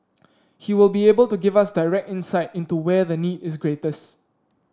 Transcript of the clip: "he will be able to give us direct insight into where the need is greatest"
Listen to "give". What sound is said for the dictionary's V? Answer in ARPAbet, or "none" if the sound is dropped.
V